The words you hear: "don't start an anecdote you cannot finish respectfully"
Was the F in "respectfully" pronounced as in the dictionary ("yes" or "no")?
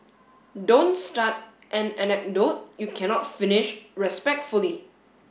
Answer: yes